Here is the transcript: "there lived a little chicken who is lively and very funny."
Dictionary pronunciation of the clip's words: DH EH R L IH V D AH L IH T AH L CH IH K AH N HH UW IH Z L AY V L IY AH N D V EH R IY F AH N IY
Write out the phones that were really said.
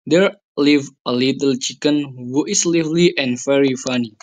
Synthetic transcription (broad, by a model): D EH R L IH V AH L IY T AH L CH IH K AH N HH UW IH S L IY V L IY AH N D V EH R IY F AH N IY